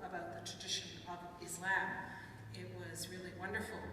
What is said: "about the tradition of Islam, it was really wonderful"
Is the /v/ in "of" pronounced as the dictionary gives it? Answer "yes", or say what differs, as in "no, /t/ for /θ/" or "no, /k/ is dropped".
yes